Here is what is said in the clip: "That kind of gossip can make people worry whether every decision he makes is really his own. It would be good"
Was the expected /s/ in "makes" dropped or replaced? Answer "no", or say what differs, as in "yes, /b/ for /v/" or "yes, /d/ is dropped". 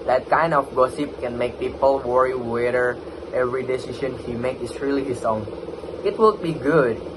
yes, /s/ is dropped